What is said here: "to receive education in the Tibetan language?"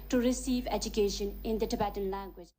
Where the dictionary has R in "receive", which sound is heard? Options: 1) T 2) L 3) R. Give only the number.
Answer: 3